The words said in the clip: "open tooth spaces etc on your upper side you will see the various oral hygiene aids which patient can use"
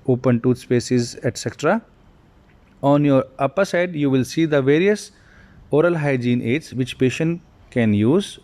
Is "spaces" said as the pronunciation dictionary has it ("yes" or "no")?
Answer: yes